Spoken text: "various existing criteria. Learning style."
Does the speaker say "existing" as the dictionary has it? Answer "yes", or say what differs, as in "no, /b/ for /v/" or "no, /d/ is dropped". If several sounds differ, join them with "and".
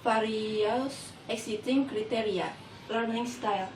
no, /s/ is dropped